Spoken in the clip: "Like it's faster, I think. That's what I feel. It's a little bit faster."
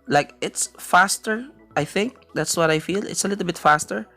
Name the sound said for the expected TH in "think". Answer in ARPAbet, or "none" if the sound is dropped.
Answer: TH